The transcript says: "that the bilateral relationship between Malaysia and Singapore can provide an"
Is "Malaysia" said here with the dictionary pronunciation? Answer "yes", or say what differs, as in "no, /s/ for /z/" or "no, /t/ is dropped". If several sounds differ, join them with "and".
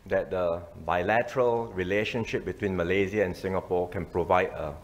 no, /z/ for /ʒ/